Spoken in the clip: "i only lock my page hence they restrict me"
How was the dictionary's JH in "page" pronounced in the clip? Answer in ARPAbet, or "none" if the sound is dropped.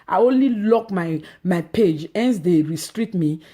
JH